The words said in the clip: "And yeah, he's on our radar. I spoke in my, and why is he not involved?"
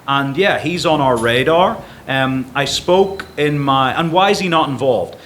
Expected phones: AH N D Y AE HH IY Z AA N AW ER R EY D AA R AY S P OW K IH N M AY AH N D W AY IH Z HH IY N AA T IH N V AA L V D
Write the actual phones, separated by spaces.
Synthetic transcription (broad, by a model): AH N Y AE HH IY Z N AW ER R EY D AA R AY S P OW K IH N M AY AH N W AY IH Z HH IY N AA T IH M V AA L V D